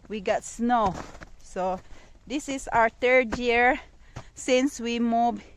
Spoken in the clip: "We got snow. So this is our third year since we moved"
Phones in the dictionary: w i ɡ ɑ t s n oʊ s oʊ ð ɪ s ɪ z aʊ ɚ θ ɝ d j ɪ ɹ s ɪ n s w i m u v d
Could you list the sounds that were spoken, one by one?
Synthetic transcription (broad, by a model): w i ɡ ɑ t s n oʊ s oʊ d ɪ s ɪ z aʊ ɚ t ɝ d j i ɹ s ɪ n s w i m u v